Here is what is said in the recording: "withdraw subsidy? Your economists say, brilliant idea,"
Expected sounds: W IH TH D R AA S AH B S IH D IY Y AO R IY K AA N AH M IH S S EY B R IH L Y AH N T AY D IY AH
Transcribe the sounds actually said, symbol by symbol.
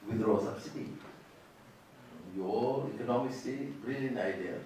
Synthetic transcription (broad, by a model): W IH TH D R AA S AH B S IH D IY Y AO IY K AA N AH M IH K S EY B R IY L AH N AY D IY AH